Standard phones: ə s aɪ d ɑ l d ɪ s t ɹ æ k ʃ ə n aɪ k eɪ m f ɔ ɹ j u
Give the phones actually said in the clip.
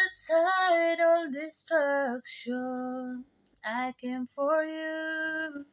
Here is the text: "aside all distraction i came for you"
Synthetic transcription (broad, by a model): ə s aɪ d ɑ l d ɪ s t ɹ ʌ k ʃ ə aɪ k eɪ m f ɔ ɹ j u